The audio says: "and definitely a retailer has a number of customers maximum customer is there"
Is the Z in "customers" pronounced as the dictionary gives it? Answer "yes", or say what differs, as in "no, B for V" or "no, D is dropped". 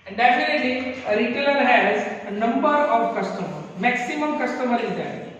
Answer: no, Z is dropped